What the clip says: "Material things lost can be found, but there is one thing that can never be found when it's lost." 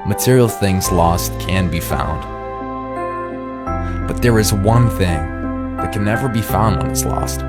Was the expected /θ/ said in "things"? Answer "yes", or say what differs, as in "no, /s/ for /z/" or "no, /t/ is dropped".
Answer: yes